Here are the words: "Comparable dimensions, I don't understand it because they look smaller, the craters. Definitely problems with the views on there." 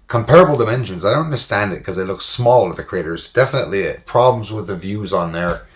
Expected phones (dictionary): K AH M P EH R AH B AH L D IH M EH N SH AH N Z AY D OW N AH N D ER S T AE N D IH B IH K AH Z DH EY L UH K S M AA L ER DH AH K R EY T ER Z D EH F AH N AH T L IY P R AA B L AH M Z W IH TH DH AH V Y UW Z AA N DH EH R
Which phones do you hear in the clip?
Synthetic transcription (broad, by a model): K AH M P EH R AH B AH L D IH M EH N SH AH N Z AY D OW N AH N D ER S T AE N D IH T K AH Z DH EY L UH K S M AA L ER DH AH K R EY T ER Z D EH F AH N AH T L IY P R AA B L AH M Z W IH DH AH V Y UW Z N DH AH R